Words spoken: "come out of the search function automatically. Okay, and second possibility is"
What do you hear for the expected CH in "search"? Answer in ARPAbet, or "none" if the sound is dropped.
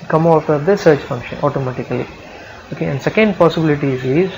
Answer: CH